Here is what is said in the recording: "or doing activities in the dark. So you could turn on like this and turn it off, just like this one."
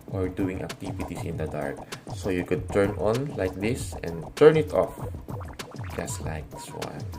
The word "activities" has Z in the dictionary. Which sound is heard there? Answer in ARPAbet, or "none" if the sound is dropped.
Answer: S